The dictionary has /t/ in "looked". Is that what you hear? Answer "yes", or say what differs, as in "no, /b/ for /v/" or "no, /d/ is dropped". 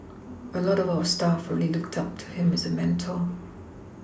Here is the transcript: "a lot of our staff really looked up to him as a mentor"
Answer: yes